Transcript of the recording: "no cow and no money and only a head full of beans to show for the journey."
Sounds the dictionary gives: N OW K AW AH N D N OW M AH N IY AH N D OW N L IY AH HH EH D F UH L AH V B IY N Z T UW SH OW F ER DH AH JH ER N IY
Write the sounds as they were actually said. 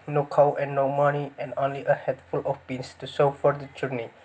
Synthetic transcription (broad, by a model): N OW K AW AH N D N OW M AH N IY AH N D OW N L IY AH HH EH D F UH L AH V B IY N S T UW S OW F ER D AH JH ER N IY